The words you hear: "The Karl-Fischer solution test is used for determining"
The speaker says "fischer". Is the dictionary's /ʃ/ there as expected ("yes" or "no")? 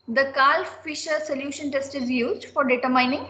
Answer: yes